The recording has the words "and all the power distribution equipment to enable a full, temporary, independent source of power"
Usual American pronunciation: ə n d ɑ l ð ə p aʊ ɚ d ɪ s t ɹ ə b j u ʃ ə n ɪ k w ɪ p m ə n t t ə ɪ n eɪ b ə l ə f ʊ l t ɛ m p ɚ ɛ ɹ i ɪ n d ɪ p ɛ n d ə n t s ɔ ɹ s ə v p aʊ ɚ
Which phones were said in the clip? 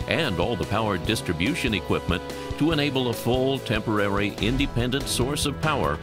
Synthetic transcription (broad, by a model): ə n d ɑ l ð ə p aʊ ɚ d ɪ s t ɹ ə b j u ʃ ə n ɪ k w ɪ p m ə n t t ə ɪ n eɪ b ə l ə f ʊ l t ɛ m p ɚ ɛ ɹ i ɪ n d ɪ p ɛ n d ə n t s ɔ ɹ s ə v p aʊ ɚ